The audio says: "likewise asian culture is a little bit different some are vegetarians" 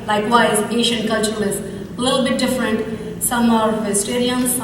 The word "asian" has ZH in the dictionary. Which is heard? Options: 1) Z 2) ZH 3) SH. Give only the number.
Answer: 3